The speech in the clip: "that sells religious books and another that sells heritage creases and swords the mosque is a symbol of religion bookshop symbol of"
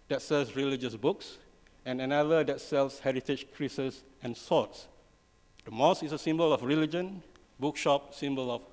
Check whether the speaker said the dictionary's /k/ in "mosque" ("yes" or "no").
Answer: no